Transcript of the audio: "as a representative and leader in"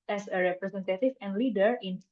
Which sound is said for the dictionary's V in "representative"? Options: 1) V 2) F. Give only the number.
2